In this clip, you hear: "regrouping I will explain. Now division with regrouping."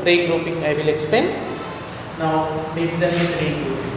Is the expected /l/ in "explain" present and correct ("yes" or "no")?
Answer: no